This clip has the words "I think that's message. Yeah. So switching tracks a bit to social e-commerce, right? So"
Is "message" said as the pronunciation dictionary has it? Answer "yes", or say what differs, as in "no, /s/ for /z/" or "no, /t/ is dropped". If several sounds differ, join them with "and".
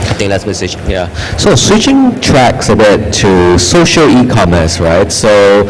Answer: no, /tʃ/ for /dʒ/